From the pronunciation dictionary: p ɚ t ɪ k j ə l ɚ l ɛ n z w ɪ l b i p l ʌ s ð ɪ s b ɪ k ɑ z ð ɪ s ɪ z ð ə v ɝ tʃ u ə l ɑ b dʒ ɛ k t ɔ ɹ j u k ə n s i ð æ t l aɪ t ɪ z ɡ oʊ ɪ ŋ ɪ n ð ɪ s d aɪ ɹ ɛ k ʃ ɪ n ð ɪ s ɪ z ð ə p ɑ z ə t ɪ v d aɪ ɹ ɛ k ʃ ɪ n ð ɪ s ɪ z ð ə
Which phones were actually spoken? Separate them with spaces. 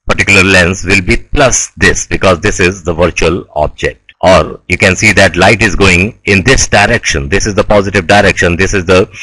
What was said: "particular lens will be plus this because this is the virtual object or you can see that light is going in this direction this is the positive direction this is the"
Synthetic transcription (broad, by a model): p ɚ t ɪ k j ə l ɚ l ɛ n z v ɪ l b i p l ʌ s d ɪ s b ɪ k ɑ z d ɪ s ɪ z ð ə v ɝ tʃ u ə l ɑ b dʒ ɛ k t ɔ ɹ j u k ə n s i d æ t l aɪ t ɪ z ɡ oʊ ɪ ŋ ɪ n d ɪ s d aɪ ɹ ɛ k ʃ ɪ n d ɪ s ɪ z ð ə p ɑ z ə t ɪ v d aɪ ɹ ɛ k ʃ ɪ n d ɪ s ɪ z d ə